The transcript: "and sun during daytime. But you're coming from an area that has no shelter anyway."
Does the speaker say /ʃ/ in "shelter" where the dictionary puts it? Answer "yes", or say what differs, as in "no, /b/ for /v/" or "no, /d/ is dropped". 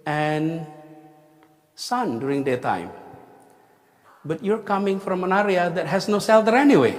no, /s/ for /ʃ/